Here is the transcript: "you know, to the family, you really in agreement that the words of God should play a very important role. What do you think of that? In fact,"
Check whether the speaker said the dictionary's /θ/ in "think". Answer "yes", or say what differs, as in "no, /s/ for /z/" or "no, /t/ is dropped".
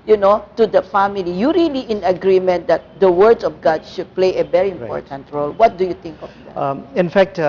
no, /t/ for /θ/